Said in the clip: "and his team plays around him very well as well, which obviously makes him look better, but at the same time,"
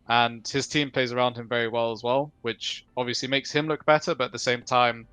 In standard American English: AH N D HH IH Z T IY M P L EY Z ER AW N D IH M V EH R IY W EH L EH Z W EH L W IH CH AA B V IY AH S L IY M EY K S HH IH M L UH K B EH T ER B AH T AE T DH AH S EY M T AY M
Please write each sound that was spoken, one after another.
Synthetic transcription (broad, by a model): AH N HH IH Z T IY M P L EY Z ER AW N D IH M V EH R IY W EH L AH Z W EH L W IH CH AA B V IY AH S L IY M EY K S HH IH M L UH K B EH T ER B AH T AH T DH AH S EY M T AY M